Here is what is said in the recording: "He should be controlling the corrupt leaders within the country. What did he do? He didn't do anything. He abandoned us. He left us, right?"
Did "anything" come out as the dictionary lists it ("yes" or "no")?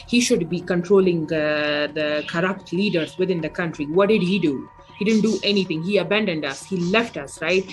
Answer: no